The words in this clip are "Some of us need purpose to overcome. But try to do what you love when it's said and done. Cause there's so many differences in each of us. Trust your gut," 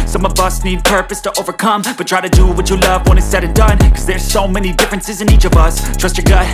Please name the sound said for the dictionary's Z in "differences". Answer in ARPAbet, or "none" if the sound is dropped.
Z